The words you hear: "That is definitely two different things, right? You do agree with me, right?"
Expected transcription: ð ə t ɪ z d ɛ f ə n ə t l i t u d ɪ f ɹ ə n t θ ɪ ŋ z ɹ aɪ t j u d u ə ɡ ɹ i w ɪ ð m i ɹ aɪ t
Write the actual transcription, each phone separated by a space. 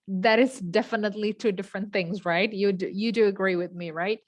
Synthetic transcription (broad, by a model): ð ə t ɪ z d ɛ f ə n ə t l i t u d ɪ f ɹ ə n θ ɪ ŋ z ɹ aɪ t j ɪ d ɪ ə ɡ ɹ i w ɪ ð m i ɹ aɪ t